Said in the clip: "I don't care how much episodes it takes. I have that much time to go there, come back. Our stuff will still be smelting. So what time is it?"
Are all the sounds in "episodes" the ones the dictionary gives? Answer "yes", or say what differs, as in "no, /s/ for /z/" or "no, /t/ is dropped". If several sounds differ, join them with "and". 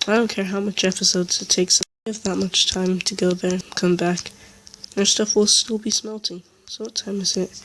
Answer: yes